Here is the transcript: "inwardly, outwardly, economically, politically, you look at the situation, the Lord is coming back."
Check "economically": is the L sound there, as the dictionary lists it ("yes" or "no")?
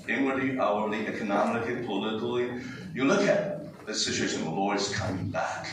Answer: no